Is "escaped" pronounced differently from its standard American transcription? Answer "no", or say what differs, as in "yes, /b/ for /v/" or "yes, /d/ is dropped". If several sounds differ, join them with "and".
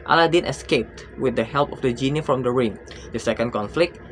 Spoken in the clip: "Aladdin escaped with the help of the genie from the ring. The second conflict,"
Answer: no